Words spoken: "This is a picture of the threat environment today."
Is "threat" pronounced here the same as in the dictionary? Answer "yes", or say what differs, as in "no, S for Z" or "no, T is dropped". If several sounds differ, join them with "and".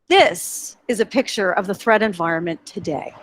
yes